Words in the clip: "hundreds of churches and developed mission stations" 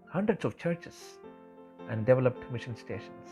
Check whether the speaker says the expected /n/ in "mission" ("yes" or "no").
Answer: yes